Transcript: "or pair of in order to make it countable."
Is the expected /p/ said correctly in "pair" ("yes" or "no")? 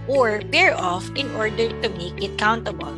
no